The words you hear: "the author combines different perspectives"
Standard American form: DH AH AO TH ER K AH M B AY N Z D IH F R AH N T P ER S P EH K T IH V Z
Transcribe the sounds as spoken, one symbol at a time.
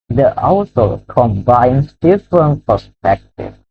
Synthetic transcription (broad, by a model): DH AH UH S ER K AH M B AY N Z D IH F R AH N T P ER S P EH K T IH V